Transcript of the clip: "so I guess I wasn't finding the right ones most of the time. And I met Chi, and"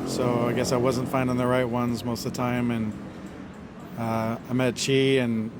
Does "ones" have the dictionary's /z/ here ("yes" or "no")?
yes